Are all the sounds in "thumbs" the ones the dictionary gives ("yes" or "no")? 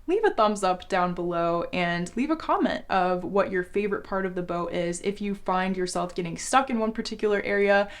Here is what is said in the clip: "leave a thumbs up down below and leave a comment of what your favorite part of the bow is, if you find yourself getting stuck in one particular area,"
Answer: yes